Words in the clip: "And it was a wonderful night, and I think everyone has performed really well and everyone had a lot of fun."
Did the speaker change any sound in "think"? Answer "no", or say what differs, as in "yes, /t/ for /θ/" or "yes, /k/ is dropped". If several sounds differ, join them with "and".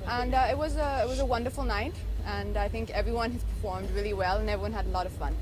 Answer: no